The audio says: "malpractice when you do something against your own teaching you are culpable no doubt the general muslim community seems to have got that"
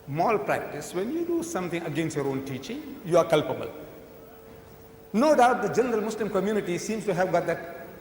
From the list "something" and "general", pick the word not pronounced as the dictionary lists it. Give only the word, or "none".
something